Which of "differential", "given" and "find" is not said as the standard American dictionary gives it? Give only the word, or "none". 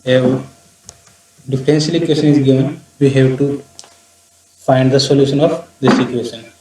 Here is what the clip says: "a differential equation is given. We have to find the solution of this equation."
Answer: differential